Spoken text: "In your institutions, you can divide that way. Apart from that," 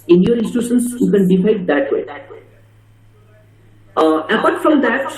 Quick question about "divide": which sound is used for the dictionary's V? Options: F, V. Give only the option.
F